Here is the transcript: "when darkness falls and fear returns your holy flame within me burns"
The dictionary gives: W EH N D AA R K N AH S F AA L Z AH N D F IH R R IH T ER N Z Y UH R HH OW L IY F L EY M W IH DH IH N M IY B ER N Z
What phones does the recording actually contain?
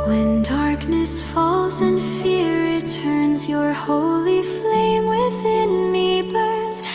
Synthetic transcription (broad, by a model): W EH N D AA R K N AH S F AA L Z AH N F F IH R R IH T ER N Z Y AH R HH OW L IY F L EY M W IH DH IH N M IY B ER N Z